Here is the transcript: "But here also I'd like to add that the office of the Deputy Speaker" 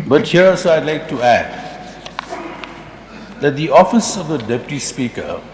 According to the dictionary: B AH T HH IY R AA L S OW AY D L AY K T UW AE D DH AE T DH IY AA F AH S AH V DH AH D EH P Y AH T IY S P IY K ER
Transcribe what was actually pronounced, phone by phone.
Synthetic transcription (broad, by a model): B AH T HH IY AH S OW AY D L AY K T UW AE D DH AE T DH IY AA F AH S AH V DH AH D EH P Y AH T IY S P IY K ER